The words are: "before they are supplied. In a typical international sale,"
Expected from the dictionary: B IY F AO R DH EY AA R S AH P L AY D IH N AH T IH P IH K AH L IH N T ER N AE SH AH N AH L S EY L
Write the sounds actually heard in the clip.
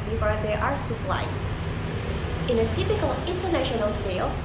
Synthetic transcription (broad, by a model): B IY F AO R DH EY AA R S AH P L AY IH N AH T IH P IH K AH L IH N T ER N AE SH AH N AH L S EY L